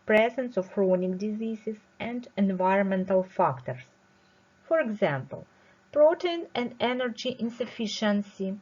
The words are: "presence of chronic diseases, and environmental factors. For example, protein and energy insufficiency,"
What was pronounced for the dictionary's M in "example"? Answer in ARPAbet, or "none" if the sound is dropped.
M